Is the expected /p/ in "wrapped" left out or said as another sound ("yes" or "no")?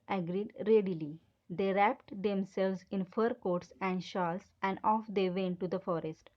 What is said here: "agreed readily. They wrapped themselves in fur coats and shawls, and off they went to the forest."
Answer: no